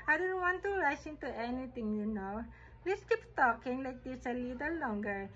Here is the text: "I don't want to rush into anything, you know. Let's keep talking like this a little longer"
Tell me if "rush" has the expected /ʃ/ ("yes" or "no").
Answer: no